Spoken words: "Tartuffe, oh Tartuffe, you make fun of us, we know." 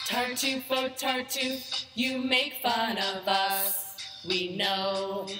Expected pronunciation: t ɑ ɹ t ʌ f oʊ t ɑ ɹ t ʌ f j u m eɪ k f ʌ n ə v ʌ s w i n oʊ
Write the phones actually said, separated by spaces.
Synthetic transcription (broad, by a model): t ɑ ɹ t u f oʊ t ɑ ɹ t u j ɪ m eɪ k f ʌ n ə v ʌ s w i n oʊ